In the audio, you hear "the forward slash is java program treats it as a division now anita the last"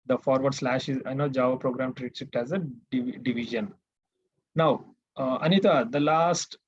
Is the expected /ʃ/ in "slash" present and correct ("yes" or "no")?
yes